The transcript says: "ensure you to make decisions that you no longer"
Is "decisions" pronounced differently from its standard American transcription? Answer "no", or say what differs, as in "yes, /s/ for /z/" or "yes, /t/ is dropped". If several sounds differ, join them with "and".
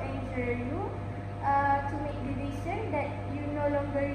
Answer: yes, /s/ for /ʒ/